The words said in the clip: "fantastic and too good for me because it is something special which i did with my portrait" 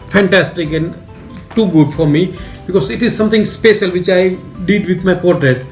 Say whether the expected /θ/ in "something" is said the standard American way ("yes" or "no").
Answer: no